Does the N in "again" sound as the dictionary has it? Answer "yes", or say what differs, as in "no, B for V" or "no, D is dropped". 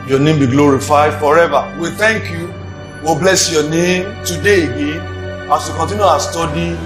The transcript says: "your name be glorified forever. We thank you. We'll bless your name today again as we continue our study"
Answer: yes